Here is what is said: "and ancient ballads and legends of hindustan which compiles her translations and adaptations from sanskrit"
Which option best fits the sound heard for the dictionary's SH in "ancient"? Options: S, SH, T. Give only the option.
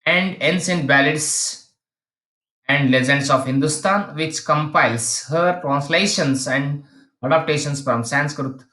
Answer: S